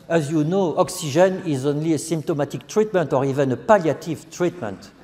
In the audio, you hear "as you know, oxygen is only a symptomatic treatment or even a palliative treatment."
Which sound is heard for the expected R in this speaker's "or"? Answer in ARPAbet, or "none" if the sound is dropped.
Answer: R